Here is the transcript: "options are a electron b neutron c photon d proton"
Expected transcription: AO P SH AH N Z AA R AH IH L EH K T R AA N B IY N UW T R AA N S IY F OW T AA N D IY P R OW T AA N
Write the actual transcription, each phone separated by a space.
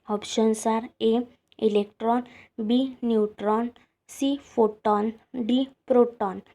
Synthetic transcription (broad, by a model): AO P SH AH N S AA R AH IH L EH K T R AA N B IY N UW T R AA N S IY F OW T AA N D IY P R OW T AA N